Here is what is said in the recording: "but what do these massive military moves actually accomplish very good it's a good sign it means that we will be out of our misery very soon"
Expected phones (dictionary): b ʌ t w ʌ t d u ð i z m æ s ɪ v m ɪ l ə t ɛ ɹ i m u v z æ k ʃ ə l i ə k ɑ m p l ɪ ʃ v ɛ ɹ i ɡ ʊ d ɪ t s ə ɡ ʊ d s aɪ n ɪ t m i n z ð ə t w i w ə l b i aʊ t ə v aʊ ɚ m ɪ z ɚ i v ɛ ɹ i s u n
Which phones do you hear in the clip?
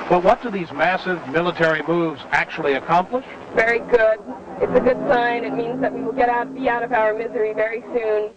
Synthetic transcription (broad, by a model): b ʌ t w ʌ t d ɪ ð i z m æ s ɪ v m ɪ l ə t ɛ ɹ i m u v z æ k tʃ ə l i ə k ɑ m p l ɪ ʃ v ɛ ɹ i ɡ ʊ d ɪ t s ə ɡ ʊ d s aɪ n ɪ t m i n z ð ə t w i w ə l b i aʊ t ə v aʊ ɚ m ɪ z ɚ i v ɛ ɹ i s u n